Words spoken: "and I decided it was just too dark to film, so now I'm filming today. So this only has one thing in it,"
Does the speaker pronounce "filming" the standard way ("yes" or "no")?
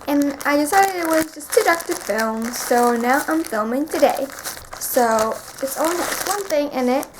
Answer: yes